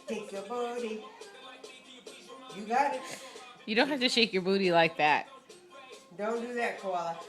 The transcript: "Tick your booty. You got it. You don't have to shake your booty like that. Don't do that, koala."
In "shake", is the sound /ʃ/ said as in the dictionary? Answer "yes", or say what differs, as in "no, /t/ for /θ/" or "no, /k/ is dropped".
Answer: yes